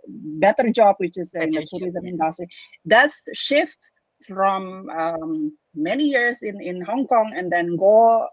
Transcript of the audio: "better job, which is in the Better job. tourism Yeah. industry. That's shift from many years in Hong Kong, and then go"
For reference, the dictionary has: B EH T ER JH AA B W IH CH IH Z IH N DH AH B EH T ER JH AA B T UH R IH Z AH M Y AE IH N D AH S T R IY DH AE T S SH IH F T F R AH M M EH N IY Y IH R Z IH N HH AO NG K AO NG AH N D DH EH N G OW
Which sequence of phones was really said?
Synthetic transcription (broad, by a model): B EH T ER JH AA B W IH CH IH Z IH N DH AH T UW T R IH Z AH M IH N D AH S T R IY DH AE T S SH IH F T F R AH M M EH N IY Y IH R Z IH N HH AO NG K AO NG AH N D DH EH N G OW